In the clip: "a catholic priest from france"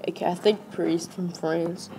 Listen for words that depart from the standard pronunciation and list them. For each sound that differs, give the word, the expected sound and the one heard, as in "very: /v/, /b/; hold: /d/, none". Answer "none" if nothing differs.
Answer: catholic: /l/, none